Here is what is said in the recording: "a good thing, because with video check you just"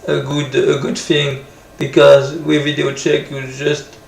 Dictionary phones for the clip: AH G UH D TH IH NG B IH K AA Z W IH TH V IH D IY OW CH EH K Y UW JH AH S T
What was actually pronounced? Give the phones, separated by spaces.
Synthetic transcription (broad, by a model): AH G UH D TH IH NG B IH K AA Z W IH V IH D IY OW CH EH K Y UW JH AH S T